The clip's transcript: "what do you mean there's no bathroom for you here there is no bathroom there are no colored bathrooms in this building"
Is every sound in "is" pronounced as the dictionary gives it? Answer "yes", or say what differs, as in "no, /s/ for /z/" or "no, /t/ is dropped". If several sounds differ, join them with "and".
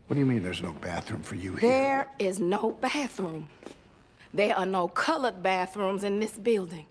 yes